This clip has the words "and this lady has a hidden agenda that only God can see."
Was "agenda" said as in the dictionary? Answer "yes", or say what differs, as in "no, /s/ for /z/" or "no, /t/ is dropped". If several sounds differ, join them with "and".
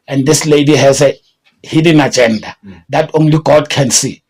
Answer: yes